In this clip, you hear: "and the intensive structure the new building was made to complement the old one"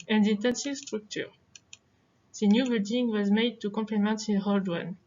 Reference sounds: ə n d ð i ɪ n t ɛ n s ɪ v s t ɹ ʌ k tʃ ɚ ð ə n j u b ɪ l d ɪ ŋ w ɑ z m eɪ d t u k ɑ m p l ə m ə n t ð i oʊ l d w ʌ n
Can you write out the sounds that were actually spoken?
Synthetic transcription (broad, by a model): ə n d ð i ɪ n t ɛ n s ɪ v s t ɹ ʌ k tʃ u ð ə n j u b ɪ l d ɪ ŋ w ɑ z m eɪ d t u k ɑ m p l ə m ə n t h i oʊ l d w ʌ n